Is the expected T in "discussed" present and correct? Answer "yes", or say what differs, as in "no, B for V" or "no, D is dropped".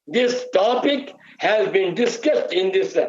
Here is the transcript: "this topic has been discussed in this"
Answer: yes